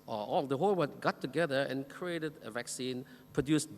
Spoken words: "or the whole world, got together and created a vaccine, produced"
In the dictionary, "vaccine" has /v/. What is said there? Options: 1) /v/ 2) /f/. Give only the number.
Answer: 1